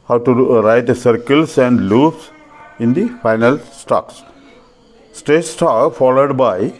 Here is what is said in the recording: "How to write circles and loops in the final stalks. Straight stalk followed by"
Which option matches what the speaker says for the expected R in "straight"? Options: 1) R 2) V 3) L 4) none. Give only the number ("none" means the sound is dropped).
4